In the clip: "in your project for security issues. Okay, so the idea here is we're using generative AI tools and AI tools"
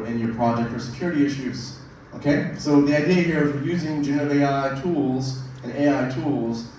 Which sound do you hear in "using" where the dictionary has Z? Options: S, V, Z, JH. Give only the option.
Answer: Z